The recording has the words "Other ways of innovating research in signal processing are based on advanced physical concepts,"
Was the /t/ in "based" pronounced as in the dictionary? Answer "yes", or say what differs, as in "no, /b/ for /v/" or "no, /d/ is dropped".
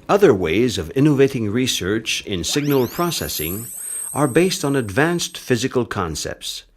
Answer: yes